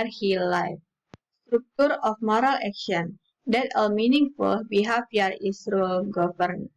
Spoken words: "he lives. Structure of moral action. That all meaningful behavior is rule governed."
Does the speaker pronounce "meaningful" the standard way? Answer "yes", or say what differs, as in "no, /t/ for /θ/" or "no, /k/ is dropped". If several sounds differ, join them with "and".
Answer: yes